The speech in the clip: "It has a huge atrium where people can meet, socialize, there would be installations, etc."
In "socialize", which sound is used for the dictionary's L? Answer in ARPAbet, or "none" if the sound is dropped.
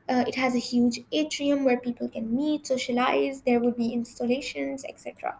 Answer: L